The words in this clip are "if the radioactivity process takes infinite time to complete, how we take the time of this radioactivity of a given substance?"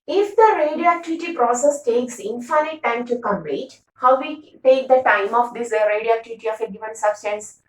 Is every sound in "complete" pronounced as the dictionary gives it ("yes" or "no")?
no